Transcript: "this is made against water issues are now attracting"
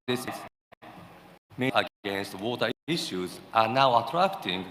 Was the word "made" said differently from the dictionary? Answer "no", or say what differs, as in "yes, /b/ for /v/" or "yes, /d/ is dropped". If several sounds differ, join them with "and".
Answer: yes, /d/ is dropped